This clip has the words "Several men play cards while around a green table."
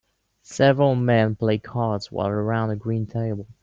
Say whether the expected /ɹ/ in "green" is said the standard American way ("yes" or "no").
yes